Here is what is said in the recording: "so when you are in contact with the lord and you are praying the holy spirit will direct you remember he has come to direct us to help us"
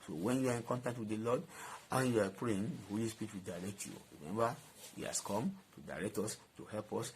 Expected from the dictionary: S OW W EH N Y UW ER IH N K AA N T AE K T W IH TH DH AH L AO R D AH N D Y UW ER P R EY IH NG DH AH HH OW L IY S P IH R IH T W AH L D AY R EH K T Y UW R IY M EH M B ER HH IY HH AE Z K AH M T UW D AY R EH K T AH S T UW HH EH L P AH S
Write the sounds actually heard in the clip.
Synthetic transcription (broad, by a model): S OW W EH N Y UW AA IH N K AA N T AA K T W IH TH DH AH L AO D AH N Y UW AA P R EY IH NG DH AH HH OW L IY S P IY R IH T W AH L D AY R EH K T Y UW R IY M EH M B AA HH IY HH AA S K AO M T UW D AY R EH K T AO S T UW HH EH L P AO S